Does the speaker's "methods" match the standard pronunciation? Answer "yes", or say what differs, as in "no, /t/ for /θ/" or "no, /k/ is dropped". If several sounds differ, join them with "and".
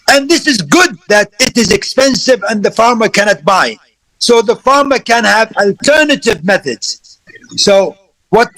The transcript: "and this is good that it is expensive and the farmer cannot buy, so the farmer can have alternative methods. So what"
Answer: yes